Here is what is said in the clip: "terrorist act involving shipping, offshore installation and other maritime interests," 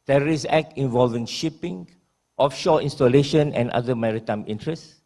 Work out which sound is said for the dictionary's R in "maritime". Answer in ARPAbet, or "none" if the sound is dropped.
R